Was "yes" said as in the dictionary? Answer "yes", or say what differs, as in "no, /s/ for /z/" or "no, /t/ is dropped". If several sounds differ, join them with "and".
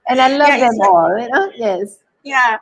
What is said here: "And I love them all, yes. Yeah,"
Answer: yes